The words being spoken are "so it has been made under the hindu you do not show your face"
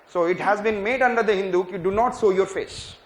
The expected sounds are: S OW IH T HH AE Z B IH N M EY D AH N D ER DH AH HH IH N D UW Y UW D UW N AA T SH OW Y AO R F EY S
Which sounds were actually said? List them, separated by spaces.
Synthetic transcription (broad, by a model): S OW IH T HH AE Z B IH N M EY D AH N D ER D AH HH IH N D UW Y UW D UW N AA T S OW Y AO R F EY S